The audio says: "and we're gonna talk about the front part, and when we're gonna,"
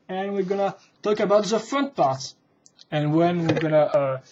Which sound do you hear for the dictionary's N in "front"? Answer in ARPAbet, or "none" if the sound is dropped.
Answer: N